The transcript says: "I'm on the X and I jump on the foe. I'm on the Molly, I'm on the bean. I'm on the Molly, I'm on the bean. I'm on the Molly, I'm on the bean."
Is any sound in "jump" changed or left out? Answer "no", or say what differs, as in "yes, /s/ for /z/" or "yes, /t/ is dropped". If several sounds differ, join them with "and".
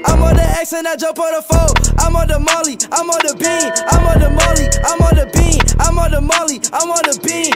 yes, /m/ is dropped